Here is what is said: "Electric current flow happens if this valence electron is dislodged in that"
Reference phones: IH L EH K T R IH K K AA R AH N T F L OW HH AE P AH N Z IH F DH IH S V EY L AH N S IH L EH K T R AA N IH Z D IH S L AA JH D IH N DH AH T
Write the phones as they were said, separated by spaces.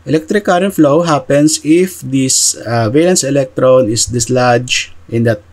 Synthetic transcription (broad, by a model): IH L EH K T R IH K K AA R AH N T F L OW HH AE P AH N S IH F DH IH S V EY L AH N S IH L EH K T R AA N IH S D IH S L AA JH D IH N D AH T